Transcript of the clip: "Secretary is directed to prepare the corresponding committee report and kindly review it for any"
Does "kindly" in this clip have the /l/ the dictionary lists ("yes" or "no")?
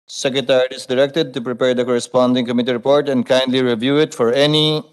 yes